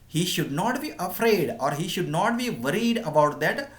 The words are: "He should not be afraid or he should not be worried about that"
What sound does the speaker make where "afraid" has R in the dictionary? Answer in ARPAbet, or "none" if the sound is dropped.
R